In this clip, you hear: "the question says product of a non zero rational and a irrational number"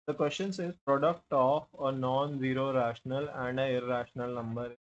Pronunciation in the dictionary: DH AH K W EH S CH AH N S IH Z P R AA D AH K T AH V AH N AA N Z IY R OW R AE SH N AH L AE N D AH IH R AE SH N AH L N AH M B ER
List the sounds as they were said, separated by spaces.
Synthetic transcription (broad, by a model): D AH K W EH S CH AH N S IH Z P R AA D AH K T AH F AH N AA N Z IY R OW R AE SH N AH L AE N D AH IH R AE SH N AH L N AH M B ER